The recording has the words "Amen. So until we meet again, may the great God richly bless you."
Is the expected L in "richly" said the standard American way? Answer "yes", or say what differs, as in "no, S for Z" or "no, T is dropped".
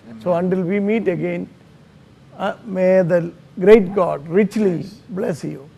yes